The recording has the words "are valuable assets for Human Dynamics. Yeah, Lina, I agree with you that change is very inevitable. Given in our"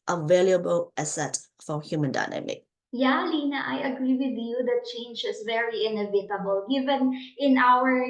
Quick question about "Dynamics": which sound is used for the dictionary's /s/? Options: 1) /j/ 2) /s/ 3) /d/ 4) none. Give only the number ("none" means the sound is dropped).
4